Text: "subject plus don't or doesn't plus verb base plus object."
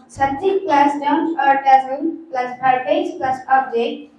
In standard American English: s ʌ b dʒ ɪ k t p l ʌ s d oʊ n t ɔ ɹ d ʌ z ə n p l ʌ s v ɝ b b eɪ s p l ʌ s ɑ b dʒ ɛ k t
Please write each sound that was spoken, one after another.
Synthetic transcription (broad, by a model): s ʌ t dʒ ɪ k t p l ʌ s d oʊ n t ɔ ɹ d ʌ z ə l p l ʌ s p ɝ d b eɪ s p l ʌ s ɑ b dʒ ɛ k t